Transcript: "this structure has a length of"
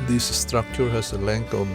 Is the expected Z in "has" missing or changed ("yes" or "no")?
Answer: yes